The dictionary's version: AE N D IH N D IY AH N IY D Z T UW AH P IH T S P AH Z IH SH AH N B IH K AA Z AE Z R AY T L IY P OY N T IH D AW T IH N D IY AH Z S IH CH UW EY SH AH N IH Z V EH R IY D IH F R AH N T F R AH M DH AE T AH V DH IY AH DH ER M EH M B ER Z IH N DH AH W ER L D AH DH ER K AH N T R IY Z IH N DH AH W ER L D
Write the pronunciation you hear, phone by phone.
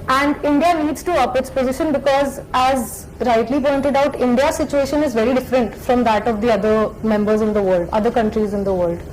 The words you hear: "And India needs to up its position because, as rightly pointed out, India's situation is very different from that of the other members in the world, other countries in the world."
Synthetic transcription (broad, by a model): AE N D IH N D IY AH N IY D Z T UW AH P IH T S P AH Z IH SH AH N B IH K AA Z AE Z R AY T L IY P OY N T IH D AW T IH N D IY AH S IH CH UW EY SH AH N IH Z V EH R IY D IH F R AH N T F R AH M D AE T AH V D IY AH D ER M EH M B ER Z IH N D AH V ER L D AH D ER K AH N T R IY Z IH N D AH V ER L D